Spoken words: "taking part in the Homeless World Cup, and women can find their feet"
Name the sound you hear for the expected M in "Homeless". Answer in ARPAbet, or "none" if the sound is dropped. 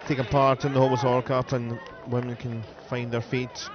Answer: none